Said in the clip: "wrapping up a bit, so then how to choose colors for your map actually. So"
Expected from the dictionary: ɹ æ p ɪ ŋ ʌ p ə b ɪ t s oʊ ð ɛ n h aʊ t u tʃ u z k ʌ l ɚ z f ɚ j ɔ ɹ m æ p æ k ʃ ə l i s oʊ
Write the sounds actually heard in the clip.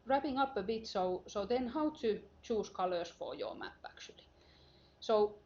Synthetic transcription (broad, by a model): ɹ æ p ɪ ŋ ʌ p ə b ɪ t s oʊ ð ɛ n h aʊ t u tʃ u s k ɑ l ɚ s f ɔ j ɔ m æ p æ k s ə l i s oʊ